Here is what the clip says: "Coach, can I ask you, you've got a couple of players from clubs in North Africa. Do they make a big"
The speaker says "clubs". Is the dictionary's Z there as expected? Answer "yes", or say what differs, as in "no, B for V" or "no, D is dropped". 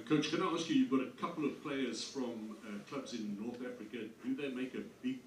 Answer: yes